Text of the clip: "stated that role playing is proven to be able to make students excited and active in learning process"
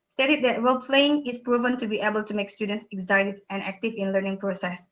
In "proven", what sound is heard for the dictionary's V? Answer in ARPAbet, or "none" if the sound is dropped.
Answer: V